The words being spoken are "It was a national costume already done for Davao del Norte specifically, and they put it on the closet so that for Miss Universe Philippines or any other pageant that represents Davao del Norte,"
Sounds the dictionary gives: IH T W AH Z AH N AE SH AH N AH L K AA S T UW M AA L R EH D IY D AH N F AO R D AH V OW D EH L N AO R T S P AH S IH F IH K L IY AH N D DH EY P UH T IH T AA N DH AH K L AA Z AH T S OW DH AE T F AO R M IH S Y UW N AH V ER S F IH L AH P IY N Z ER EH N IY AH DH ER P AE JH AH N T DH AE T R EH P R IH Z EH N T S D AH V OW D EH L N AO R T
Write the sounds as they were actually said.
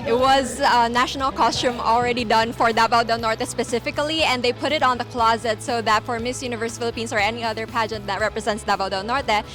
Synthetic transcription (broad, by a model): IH T W AH Z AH N AE SH AH N AH L K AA S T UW M AA L R EH D IY D AH N F AO R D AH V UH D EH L N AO R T S P AH S IH F IH K L IY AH N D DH EY P UH T IH T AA N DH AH K L AA Z AH T S OW DH AE T F AO R M IH S Y UW N AH V ER S F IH L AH P IY N S ER EH N IY AH DH ER P AE JH AH N T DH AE T R EH P R IH Z EH N T S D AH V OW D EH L N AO R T